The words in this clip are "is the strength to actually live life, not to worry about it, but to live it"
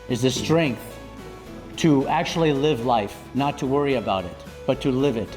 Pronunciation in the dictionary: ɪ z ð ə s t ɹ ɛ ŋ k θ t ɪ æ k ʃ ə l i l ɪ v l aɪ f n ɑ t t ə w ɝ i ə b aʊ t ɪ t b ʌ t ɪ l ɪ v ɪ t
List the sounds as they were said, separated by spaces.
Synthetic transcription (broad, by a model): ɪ z ð ə s t ɹ ɛ ŋ k θ t ɪ æ k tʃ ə l i l ɪ v l aɪ f n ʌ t t ə w ɝ i ə b aʊ t ɪ t b ʌ t ɪ l ɪ v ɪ t